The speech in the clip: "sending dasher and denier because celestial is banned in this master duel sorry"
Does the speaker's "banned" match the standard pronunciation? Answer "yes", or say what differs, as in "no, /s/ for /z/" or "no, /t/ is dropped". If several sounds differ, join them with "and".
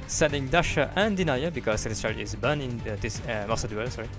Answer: no, /d/ is dropped